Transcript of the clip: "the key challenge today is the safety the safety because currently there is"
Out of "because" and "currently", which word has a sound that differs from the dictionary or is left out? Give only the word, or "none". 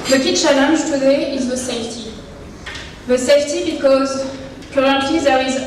currently